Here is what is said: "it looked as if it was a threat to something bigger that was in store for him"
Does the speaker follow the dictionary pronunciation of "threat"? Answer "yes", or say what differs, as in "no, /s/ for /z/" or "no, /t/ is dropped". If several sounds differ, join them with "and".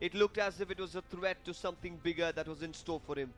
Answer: no, /t/ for /θ/